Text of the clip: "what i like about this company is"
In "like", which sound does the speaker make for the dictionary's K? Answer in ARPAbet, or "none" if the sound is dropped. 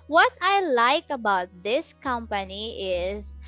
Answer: K